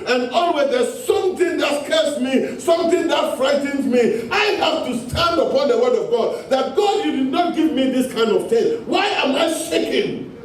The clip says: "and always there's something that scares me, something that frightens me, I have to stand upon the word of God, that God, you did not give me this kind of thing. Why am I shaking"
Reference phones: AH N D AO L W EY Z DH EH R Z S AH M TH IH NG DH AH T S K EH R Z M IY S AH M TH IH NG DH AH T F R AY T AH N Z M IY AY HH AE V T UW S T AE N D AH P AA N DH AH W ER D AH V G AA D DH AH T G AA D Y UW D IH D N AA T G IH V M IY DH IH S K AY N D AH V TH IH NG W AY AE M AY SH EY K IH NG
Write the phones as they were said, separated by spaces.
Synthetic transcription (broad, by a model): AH N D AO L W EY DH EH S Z S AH M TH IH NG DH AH T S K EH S M IY S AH M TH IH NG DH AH T F R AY T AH N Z M IY AY HH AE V T UW S T AE N D AH P AA N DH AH W ER D AH V G AA D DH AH T G AA D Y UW D IH D N AA T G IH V M IY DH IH S K AY N D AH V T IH W AY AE M AY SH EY K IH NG